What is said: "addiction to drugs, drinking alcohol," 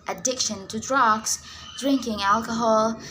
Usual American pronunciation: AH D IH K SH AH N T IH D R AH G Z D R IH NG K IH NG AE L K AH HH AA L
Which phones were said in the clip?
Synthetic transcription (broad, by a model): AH D IH K SH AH N T IH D R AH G S D R IH NG K IH NG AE L K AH HH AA L